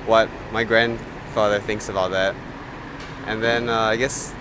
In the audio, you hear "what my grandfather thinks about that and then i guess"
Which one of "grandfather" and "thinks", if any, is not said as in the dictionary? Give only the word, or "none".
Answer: none